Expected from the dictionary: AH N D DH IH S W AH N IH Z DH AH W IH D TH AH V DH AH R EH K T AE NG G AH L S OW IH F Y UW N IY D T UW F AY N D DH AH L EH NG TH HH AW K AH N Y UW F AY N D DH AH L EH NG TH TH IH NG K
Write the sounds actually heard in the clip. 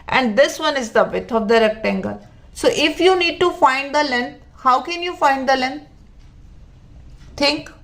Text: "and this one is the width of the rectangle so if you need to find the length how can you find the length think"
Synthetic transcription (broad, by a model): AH N D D IH S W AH N IH Z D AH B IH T AH V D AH R EH K T AE NG G AH L S OW IH F Y UW N IY D T UW F AY N D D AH L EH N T HH AW K AH N Y UW F AY N D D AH L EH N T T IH NG K